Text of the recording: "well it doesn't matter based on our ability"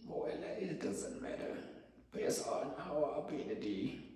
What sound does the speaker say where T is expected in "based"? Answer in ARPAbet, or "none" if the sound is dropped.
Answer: none